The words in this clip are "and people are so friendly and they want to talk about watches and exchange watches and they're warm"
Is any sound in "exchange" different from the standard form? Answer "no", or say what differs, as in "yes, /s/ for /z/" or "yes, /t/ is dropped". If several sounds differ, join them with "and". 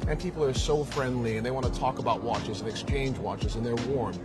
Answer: no